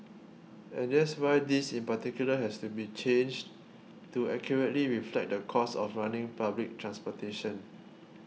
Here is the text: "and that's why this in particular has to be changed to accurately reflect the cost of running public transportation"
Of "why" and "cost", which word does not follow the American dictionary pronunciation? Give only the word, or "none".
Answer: cost